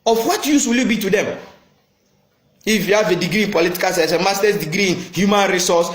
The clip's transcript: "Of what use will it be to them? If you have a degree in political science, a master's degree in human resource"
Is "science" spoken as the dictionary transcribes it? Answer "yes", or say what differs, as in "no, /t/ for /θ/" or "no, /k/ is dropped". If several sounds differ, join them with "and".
no, /n/ is dropped